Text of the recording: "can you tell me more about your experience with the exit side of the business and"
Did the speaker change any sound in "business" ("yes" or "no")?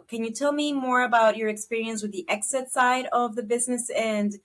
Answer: no